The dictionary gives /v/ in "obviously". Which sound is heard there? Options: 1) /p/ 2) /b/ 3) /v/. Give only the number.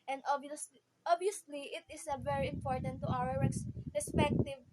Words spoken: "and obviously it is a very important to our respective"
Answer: 2